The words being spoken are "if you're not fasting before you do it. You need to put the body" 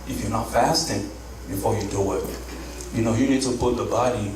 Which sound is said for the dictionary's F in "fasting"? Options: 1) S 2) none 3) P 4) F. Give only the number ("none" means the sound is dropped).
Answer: 4